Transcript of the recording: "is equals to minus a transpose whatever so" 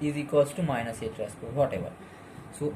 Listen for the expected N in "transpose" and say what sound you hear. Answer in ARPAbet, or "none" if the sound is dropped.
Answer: none